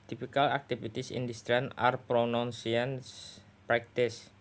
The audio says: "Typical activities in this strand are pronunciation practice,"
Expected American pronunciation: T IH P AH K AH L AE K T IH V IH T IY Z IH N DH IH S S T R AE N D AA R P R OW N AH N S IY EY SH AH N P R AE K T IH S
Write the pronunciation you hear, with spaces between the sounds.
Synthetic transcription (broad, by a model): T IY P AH K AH L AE K T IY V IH T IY S IH N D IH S S T R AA N AA R P R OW N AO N S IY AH N P R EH K T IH S